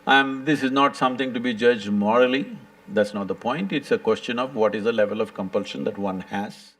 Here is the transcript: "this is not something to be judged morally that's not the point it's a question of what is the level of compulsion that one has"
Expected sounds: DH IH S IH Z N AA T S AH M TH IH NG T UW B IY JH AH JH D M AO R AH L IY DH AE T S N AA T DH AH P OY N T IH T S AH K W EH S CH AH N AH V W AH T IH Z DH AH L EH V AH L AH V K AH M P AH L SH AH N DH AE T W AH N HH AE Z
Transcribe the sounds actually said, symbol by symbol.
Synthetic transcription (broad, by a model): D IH S IH Z N AA T S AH M T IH NG T UW B IY JH AH JH D M AO R AH L IY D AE T S N AA T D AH P OY N T IH T S AH K W EH S CH AH N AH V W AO T IH Z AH L EH V AH L AH V K AH M P AH L SH AH N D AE T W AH N HH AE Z